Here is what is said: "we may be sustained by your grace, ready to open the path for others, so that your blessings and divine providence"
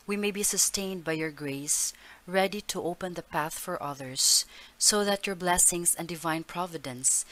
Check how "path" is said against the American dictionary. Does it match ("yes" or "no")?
yes